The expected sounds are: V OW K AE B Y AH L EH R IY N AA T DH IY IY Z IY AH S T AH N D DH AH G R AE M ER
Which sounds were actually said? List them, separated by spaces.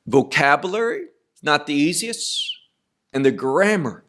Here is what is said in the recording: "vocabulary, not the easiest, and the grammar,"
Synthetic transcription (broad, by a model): V OW K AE B Y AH L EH R IY N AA T DH IY IY Z IY AH S T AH N DH AH G R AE M ER